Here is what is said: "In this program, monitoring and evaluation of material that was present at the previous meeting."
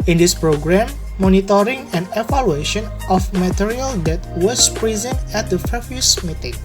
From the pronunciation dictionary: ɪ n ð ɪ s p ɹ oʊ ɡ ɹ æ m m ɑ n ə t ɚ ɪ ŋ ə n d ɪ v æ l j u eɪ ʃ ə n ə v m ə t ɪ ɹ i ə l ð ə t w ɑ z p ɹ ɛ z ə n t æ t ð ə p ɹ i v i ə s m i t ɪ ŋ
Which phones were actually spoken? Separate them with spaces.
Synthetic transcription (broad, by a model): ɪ n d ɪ s p ɹ oʊ ɡ ɹ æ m m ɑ n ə t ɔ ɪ ŋ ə n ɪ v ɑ l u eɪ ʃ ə n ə f m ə t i ɹ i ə l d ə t w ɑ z p ɹ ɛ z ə n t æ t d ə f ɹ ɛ f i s m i t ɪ ŋ